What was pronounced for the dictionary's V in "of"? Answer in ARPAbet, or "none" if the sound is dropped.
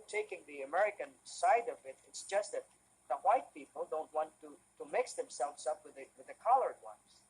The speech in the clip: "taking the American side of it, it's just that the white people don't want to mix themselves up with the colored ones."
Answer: V